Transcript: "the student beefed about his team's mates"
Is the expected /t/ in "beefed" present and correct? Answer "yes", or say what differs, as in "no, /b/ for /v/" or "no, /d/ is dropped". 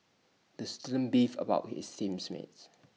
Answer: no, /t/ is dropped